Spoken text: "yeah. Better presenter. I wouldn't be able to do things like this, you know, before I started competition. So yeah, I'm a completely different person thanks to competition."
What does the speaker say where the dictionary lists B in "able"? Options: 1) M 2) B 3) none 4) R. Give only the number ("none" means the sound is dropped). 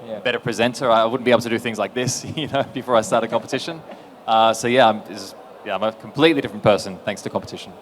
3